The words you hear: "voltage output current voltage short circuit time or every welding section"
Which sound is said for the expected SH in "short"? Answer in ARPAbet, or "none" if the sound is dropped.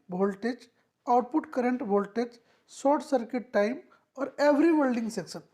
S